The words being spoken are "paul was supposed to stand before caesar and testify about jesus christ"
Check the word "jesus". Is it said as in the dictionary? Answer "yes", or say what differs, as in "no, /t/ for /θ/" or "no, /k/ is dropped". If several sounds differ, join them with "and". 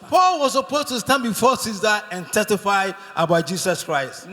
no, /s/ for /z/